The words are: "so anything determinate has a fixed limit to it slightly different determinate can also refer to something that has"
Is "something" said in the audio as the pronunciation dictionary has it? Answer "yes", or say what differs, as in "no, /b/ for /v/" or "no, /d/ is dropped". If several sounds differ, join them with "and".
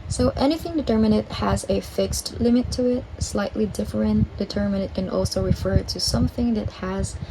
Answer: yes